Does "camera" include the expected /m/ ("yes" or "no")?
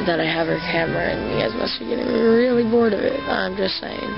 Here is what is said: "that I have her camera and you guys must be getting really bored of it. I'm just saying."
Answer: yes